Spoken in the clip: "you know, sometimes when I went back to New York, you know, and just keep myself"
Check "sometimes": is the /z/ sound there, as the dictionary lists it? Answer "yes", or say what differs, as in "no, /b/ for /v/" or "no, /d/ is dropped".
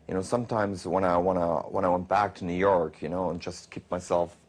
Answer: yes